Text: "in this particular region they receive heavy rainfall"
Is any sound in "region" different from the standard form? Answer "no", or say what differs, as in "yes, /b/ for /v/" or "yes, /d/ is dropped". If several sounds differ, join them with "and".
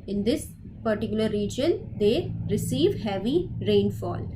no